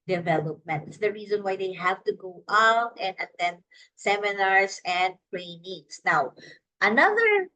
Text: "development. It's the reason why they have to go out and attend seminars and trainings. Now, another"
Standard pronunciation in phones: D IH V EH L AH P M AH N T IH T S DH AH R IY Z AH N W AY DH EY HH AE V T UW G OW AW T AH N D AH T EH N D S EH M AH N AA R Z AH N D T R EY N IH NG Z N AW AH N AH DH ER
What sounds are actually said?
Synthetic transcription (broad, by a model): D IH V EH L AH P M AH N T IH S DH AH R IY Z AH N W AY DH EY HH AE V T UW G OW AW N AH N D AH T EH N S EH M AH N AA R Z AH N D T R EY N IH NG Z N AW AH N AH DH ER